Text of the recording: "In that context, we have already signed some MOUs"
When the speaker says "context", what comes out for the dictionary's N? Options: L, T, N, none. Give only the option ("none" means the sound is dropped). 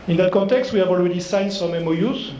N